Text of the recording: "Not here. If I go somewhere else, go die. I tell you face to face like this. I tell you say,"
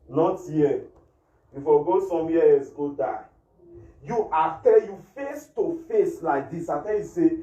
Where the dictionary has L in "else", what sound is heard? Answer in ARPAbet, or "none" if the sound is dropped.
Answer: none